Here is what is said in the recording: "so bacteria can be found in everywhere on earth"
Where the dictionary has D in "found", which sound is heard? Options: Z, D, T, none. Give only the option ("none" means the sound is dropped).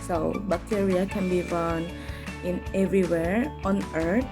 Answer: none